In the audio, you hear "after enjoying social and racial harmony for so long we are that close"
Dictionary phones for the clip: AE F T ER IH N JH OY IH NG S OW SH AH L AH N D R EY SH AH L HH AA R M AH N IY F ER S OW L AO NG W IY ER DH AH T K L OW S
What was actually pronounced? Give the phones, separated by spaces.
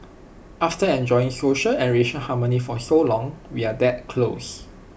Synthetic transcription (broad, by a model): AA F T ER IH N JH OY IH NG S OW SH AH L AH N R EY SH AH N HH AA M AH N IY F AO S OW L AO NG W IY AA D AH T K L OW S